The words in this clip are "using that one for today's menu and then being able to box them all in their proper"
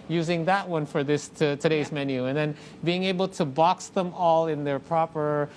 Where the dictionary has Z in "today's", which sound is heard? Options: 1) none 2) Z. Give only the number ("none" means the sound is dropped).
2